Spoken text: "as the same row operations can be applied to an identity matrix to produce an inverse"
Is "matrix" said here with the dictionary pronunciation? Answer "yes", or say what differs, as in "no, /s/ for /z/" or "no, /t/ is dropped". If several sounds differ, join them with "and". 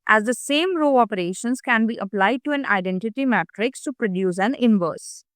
yes